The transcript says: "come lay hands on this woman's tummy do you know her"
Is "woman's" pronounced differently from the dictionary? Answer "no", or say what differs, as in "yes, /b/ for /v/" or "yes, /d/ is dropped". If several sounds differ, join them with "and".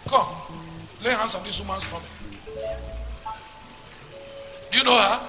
yes, /s/ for /z/